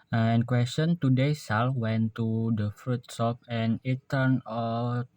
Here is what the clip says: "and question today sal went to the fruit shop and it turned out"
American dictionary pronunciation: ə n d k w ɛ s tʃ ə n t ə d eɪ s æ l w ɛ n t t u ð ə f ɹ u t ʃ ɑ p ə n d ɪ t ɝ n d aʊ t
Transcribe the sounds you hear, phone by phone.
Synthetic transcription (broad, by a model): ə n k w ɛ s tʃ ə n t ə d eɪ s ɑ l w ɛ n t t u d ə f ɹ u t s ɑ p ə n ɪ t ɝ n aʊ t